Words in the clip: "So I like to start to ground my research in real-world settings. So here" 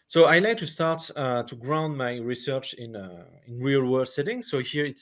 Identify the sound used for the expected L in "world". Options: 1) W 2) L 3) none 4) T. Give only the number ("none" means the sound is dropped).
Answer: 3